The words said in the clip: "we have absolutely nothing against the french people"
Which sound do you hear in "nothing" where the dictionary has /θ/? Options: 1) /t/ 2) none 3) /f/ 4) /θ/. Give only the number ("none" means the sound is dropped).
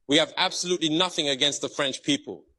4